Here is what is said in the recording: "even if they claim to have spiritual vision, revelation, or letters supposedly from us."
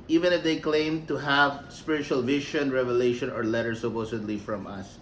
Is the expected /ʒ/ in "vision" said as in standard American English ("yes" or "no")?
no